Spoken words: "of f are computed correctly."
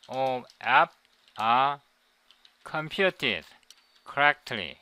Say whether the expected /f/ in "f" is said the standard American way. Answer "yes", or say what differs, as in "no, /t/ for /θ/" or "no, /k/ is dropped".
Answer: no, /p/ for /f/